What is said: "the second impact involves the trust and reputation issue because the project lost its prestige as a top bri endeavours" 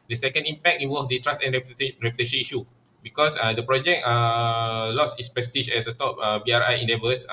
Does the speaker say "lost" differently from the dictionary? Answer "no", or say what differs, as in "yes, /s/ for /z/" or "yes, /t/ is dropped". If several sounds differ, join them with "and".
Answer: yes, /t/ is dropped